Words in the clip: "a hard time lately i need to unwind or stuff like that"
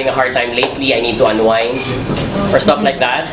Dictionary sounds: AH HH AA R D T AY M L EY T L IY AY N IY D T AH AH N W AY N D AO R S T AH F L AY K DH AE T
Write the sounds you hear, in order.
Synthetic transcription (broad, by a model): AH HH AA R D T AY M L EY T L IY AY N IY D T AH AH N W AY N AO R S T AH F L AY K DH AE T